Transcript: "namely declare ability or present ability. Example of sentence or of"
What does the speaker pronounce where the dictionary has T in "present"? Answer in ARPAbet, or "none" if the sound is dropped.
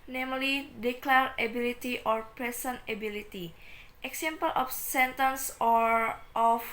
none